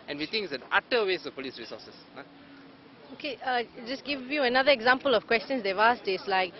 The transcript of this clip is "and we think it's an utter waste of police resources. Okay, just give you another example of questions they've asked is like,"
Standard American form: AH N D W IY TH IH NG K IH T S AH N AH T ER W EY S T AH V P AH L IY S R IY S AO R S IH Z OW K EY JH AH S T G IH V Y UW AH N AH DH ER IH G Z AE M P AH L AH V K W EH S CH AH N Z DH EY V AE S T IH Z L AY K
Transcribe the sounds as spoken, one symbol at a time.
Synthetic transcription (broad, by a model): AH N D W IY T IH NG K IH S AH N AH T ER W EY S AH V P AH L IY S R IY S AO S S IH OW K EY JH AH S G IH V Y UW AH N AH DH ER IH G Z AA M P AH L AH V K W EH S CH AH N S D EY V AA S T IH S L AY K